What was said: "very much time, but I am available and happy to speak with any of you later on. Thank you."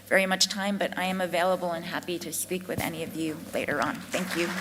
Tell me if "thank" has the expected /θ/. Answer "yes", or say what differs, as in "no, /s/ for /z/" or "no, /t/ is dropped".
yes